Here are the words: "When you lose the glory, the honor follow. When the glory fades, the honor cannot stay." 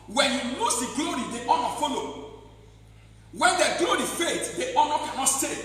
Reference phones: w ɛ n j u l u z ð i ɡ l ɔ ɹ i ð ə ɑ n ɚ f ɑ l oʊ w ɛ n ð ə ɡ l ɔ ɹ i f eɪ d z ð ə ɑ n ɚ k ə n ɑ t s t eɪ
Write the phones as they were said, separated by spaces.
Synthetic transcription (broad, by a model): w ɛ n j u n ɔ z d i ɡ l ɔ ɹ i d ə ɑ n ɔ f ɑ l oʊ w ɛ n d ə ɡ l ɔ ɹ i f eɪ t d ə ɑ n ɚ k ə n ɑ t s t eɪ